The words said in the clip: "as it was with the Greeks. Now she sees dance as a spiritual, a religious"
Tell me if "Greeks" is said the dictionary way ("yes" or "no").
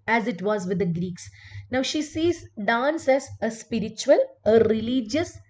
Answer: yes